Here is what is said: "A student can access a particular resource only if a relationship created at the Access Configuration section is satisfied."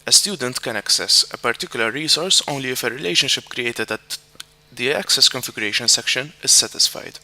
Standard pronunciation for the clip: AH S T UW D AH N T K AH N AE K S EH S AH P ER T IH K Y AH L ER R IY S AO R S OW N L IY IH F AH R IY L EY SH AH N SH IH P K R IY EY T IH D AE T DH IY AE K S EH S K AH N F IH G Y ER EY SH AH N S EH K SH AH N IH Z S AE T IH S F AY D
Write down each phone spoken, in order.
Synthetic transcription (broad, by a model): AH S T UW D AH N T K AH N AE K S EH S AH P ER T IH K Y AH L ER R IY S AO R S OW N L IY IH F AH R IY L EY SH AH N SH IH P K R IY EY T IH D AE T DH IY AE K S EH S K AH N F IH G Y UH EY SH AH N S EH K SH AH N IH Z S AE T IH S F AY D